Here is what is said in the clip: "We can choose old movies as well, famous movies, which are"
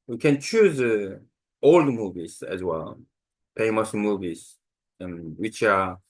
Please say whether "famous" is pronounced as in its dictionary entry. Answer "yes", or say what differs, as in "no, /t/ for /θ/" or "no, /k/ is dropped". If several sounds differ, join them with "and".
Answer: no, /p/ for /f/